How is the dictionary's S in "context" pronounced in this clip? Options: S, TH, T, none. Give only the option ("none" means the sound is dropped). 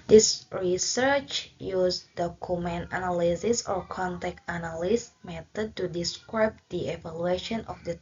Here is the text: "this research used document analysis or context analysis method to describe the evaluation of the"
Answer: none